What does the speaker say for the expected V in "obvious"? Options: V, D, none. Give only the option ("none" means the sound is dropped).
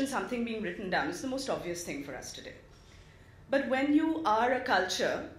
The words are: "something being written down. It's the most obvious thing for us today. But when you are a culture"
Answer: V